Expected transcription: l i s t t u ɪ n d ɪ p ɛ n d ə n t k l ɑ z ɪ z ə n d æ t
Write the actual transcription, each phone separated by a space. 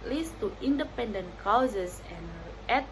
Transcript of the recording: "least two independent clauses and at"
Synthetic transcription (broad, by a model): l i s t t u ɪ n d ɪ p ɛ n d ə n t k ɑ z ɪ s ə n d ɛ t